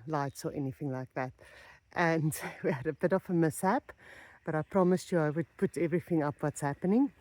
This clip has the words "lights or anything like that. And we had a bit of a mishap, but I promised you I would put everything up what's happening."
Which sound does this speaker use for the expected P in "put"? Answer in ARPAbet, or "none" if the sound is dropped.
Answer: P